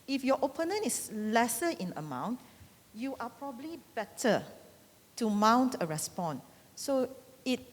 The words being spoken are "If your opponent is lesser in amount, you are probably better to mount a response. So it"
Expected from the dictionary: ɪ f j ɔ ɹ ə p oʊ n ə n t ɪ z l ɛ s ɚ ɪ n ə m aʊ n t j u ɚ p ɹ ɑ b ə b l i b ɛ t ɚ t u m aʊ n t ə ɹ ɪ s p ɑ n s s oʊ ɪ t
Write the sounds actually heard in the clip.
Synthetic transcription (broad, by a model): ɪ f j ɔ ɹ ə p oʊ n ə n ɪ s l ɛ s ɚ ɪ n ə m aʊ n t j u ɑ p ɹ ɑ b ə b l i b ɛ t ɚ t u m aʊ n t ə ɹ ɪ s p ɑ n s s oʊ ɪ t